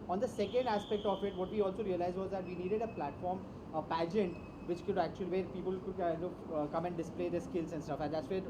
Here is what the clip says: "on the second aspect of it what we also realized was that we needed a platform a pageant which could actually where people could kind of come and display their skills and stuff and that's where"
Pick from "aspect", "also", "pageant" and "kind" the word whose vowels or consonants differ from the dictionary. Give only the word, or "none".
kind